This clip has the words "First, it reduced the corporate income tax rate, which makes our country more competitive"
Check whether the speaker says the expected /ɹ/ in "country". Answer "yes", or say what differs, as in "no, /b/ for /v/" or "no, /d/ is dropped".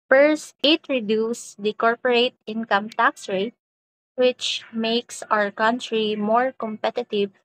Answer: yes